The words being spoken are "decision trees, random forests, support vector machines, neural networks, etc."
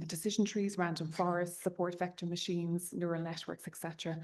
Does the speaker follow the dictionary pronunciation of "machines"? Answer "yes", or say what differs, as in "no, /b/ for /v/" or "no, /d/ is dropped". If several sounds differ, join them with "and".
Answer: yes